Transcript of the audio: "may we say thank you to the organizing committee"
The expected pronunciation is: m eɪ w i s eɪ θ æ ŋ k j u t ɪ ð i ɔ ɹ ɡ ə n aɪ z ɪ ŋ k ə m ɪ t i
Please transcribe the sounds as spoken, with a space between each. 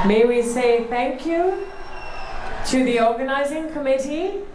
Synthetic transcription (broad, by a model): m eɪ w i s eɪ θ æ ŋ k j u t ɪ ð i ɔ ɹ ɡ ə n aɪ z ɪ ŋ k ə m ɪ t i